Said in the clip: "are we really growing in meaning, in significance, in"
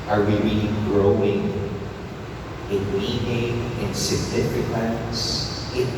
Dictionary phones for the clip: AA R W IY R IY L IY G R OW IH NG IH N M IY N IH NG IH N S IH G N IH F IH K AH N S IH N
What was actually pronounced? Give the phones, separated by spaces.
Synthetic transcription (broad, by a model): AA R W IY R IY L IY G R OW IH NG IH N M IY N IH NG IH N S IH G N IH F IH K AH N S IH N